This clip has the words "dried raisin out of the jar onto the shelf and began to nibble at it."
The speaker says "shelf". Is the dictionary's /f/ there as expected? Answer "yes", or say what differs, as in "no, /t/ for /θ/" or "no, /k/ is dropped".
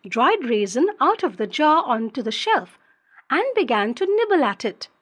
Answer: yes